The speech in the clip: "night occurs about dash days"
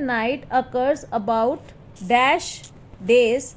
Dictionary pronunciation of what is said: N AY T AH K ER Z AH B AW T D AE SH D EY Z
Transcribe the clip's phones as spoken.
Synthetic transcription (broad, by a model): N AY T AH K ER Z AH B AW T D AE SH D EY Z